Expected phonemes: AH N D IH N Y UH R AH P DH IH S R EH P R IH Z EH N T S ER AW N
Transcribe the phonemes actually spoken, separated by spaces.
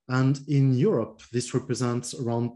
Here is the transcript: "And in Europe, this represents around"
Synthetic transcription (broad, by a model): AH N D IH N Y UH R AH P DH IH S R EH P R IH Z EH N T S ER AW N